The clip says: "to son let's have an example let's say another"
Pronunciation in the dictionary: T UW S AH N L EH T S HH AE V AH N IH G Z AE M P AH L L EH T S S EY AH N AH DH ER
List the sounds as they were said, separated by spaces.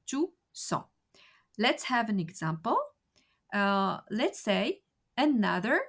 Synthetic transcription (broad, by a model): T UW S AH L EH T S HH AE V AH N IH G Z AE M P AH L L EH T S S EY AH N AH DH ER